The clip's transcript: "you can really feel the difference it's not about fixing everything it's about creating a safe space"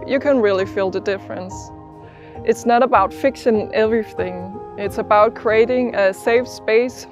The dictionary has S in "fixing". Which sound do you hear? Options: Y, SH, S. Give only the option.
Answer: SH